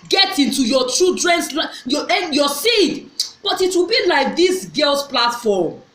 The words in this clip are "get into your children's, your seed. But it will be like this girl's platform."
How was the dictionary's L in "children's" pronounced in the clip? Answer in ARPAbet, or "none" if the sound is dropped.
none